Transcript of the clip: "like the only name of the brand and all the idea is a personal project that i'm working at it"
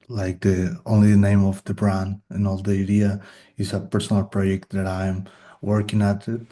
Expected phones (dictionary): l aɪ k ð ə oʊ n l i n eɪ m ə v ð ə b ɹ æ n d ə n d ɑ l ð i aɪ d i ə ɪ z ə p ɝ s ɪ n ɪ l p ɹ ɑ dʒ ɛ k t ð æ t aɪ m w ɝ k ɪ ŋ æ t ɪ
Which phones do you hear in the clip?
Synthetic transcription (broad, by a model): l aɪ k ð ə oʊ n l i n eɪ m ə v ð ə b ɹ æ n ə n ɑ l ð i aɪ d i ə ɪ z ə p ɝ s ɪ n ɪ l p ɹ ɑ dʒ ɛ k t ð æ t aɪ m w ɝ k ɪ ŋ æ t